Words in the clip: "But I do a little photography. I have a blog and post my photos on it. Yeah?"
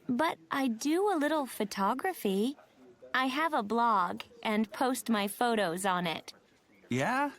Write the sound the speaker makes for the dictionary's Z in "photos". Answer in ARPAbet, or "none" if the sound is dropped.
Z